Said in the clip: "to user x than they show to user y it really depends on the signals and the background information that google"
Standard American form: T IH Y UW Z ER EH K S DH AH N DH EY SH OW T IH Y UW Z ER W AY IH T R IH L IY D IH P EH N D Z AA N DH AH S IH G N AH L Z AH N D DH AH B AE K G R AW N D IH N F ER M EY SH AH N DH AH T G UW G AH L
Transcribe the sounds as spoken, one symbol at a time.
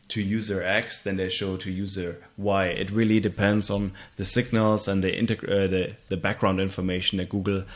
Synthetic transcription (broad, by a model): T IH Y UW Z ER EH K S DH AH N DH EY SH OW T IH Y UW Z ER W AY IH T R IH L IY D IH P EH N D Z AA N DH AH S IH G N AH L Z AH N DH DH AH B AE K G R AW N D IH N F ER M EY SH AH N DH AH T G UW G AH L